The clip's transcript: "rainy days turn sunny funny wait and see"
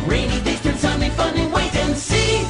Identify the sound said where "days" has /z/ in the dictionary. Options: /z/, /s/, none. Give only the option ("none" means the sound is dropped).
/s/